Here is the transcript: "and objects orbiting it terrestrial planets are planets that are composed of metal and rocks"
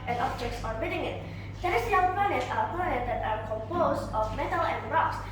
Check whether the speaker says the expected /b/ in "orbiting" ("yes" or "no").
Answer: no